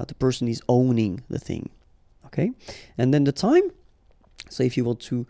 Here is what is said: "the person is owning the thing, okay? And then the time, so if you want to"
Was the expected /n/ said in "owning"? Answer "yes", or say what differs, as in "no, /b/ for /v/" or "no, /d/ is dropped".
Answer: yes